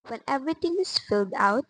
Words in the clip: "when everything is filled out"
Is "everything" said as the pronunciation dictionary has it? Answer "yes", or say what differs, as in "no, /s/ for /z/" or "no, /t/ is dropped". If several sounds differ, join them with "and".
no, /t/ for /θ/